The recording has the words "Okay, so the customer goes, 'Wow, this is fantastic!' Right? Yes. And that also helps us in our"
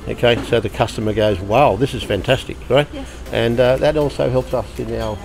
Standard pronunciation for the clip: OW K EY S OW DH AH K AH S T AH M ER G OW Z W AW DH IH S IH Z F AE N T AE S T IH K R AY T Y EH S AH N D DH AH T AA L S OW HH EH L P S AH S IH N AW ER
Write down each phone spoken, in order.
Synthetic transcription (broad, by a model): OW K EY S OW DH AH K AH S T AH M ER G OW Z W AW DH IH S IH Z F AE N T AE S T IH K R AY T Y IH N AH DH AH T AA L S OW HH EH L P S AH S IH N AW